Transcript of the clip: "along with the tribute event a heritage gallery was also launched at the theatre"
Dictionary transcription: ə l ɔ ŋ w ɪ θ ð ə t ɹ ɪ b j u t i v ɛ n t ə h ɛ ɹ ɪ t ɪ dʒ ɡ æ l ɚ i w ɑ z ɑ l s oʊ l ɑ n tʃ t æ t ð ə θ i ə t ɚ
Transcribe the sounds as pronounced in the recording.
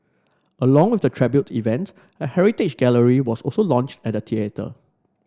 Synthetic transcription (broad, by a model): ə l ɔ ŋ w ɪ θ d ə t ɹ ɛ b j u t i v ɛ n t ə h ɛ ɹ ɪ t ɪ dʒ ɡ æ l ɚ i w ɑ s ɑ l s oʊ l ɑ n tʃ t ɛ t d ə t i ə t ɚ